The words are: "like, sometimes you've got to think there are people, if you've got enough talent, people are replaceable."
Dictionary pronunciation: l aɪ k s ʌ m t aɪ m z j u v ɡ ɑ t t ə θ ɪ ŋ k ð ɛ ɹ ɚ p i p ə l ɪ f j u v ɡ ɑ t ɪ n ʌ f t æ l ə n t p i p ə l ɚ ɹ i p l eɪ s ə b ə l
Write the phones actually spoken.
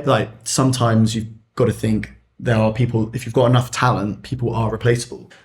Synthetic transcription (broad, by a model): l aɪ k s ʌ m t aɪ m z j u v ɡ ɑ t t ə θ ɪ ŋ k ð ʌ ɹ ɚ p i p ə l ɪ f j u v ɡ ɑ t ɪ n ʌ f t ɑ l ə n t p i p ə l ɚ ɹ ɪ p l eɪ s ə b ə l